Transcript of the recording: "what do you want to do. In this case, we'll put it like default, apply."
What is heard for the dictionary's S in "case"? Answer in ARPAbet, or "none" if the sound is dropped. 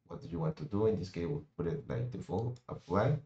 none